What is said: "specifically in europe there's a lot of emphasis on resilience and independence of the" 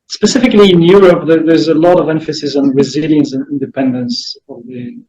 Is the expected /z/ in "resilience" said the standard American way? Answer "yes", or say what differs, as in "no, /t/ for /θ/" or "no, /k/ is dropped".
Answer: yes